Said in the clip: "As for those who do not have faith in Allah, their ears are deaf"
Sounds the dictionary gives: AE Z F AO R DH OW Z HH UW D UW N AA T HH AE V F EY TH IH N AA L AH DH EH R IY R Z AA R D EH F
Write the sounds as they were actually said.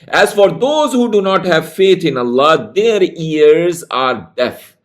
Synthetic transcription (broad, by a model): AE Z F AO R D OW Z HH UW D UW N AA T HH AE V F EY T IH N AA L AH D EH R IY R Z AA R D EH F